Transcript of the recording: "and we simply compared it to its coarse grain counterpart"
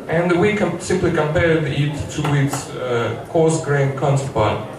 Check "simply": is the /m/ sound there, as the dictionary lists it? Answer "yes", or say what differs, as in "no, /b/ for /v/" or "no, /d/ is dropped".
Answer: yes